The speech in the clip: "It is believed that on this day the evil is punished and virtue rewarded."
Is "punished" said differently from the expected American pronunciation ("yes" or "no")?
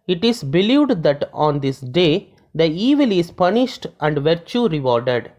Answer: no